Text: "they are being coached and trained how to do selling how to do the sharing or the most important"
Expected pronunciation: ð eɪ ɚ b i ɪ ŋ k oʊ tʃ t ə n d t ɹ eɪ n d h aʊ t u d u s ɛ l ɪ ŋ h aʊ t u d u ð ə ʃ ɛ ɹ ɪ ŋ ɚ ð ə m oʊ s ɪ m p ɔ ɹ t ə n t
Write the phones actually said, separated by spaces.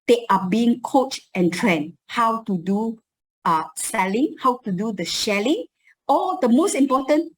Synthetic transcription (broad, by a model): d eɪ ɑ b i ɪ ŋ k oʊ tʃ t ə n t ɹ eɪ n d h aʊ t u d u s ɛ l ɪ ŋ h aʊ t u d u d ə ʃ ɛ l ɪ ŋ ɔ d ə m oʊ s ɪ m p ɔ t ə n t